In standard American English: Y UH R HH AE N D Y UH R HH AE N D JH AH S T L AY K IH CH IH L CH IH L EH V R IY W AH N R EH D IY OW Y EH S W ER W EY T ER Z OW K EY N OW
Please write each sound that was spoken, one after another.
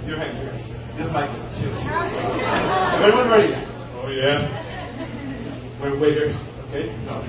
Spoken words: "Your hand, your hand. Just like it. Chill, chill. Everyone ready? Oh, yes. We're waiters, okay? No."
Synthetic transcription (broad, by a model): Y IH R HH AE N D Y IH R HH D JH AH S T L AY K IH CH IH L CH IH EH R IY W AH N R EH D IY OW Y EH S W ER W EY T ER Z OW K EY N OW